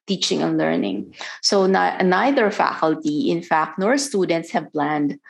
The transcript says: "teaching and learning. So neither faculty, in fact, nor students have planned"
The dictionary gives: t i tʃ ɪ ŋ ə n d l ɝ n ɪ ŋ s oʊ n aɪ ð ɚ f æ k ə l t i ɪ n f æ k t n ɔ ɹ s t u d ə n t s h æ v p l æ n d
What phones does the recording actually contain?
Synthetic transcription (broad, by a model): t i tʃ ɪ ŋ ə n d l ɝ n ɪ ŋ s oʊ n aɪ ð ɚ f æ k ə l t i ɪ n f æ k t n ɔ ɹ s t u d ə n t s h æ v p l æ n d